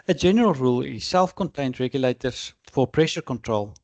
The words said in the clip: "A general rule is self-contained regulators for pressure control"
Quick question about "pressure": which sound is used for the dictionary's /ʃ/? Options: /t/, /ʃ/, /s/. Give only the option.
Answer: /ʃ/